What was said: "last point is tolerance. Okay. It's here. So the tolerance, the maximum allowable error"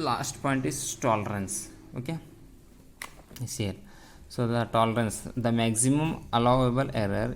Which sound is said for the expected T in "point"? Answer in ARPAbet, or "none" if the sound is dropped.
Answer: T